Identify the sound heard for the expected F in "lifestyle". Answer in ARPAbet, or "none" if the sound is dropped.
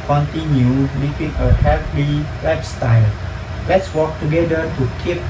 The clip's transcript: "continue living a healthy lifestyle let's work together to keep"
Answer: P